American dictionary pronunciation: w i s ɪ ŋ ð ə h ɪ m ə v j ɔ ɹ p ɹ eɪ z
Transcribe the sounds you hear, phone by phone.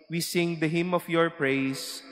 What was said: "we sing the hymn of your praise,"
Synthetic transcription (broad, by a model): w i s ɪ ŋ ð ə h ɪ m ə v j ɔ ɹ p ɹ eɪ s